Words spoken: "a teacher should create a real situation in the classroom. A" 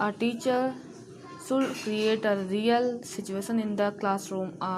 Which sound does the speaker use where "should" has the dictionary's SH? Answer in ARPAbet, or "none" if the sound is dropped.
S